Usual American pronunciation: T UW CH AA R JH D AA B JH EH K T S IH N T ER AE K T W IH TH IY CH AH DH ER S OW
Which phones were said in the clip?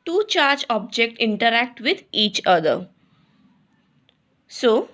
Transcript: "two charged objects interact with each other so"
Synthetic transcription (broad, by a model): T UW CH AA R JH AA B JH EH K T IH N T ER AE K T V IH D IY CH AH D ER S OW